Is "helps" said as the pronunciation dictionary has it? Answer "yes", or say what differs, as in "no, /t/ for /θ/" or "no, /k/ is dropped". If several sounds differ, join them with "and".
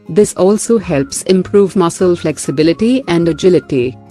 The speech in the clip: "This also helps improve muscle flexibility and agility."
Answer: yes